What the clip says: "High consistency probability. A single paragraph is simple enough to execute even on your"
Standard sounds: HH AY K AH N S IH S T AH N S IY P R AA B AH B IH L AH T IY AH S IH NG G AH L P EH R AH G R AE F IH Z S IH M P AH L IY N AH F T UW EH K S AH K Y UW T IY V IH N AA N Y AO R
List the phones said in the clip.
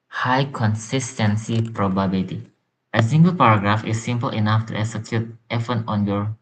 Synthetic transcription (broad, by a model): HH AY K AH N S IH S T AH N S IY P R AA B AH B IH L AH T IY AH S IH NG G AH L P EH R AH G R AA F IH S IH M P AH L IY N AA F T UW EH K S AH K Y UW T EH F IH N AA N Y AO R